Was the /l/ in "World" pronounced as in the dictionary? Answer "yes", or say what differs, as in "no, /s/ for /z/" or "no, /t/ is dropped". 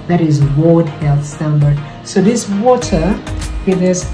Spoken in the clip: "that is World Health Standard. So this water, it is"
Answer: no, /l/ is dropped